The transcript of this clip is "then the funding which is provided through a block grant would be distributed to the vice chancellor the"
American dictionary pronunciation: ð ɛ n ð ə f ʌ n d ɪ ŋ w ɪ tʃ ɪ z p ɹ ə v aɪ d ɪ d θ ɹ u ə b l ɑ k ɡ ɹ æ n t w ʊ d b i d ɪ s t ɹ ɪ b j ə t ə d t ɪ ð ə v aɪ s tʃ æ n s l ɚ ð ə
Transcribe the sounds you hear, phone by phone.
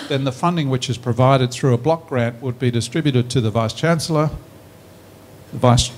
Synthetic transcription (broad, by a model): ð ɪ n ð ə f ʌ n d ɪ ŋ w ɪ tʃ ɪ z p ɹ ə v aɪ d ɪ d θ ɹ u ə b l ɑ k ɡ ɹ æ n t w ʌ d b i d ɪ s t ɹ ɪ b j ə t ə d t ɪ ð ə v aɪ s tʃ æ n s l ɚ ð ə